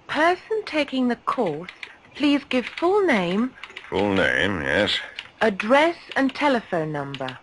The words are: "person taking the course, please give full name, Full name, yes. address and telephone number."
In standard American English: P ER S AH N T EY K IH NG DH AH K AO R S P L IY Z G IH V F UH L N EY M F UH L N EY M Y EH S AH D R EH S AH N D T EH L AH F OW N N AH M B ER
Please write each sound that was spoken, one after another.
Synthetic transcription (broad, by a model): P ER S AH N T EY K IH NG DH AH K AO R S P L IY Z G IH V F UH L N EY M F UH L N EY M Y EH S AH D R EH S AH N T EH L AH F OW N N AH M B ER